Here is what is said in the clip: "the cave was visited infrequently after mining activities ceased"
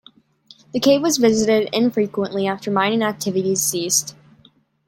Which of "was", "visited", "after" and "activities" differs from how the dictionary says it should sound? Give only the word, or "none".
none